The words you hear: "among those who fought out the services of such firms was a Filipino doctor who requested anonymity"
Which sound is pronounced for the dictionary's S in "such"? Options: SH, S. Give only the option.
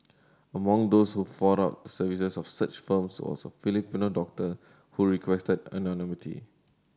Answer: S